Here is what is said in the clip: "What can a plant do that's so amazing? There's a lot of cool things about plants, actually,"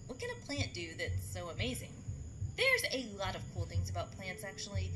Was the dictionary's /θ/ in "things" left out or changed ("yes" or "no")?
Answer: no